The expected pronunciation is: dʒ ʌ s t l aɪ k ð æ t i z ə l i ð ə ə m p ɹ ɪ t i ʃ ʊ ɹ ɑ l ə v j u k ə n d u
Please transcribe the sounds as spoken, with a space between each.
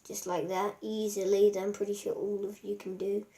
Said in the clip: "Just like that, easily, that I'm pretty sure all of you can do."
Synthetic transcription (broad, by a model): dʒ ʌ s t l aɪ k ð æ t i z ə l i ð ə ə m p ɹ ɪ t i ʃ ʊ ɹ ɑ l ə v j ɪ k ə n d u